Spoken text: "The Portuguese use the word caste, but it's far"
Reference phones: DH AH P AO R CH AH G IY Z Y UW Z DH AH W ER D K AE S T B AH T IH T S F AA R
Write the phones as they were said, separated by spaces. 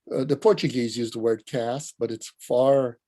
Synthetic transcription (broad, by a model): DH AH P AO R CH AH G IY Z Y UW Z DH AH W ER D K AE S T B AH T IH T S F AA R